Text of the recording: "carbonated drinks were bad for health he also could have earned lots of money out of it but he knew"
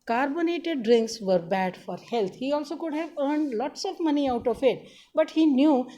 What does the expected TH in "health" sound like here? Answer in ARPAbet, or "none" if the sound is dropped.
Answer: T